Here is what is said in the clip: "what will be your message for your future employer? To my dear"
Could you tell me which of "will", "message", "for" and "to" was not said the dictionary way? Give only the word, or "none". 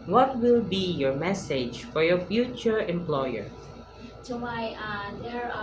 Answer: to